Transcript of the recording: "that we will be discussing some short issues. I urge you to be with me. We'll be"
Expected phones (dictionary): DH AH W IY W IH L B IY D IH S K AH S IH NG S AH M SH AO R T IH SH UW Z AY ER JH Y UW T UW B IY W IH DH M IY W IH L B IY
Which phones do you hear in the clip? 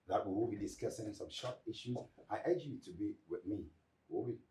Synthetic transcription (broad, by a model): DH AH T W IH W B IY D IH S K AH S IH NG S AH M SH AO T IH SH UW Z AY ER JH Y UW T UW B IY W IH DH M IY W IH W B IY